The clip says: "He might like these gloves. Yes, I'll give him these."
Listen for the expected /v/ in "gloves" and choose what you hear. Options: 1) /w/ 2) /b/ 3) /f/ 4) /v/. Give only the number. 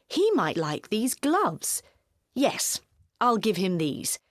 4